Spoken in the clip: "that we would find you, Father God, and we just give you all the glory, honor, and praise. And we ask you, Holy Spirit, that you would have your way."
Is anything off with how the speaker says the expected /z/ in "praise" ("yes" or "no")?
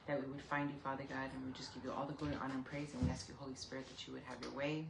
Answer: no